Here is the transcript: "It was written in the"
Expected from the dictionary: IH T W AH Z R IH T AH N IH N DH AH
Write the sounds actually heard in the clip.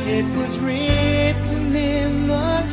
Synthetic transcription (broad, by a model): IH T W AH Z R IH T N IH N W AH